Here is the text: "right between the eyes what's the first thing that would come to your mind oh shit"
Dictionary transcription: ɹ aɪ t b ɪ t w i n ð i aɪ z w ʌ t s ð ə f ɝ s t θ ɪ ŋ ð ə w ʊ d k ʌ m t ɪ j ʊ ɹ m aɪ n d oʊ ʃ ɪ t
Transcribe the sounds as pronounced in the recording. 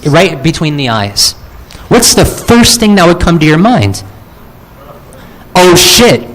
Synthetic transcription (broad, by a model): ɹ aɪ t b ɪ t w i n ð i aɪ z w ʌ t s ð ə f ɝ s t θ ɪ ŋ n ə w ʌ d k ʌ m t ɪ j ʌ ɹ m aɪ n d oʊ ʃ ɪ t